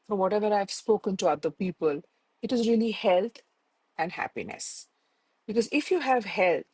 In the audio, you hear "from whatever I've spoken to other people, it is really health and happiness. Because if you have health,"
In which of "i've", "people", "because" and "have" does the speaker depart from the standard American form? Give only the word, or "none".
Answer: none